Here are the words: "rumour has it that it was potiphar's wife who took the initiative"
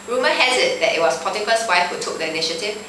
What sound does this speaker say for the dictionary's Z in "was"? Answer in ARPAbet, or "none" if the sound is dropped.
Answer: S